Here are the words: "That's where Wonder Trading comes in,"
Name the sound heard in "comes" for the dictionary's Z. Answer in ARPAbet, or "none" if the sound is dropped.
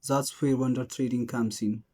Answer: S